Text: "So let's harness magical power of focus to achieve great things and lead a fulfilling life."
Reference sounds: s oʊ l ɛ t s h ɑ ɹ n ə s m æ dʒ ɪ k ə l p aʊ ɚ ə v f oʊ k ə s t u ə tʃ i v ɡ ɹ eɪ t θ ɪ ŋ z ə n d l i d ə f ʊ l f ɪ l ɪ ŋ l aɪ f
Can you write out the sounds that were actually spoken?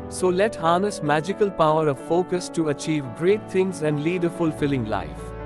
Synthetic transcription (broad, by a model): s oʊ l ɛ t h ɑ n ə s m æ dʒ ɪ k ə l p aʊ ɚ ə v f oʊ k ə s t u ə tʃ i v ɡ ɹ eɪ t t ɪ ŋ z ə n d l i d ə f ʊ l f ɪ l ɪ ŋ l aɪ f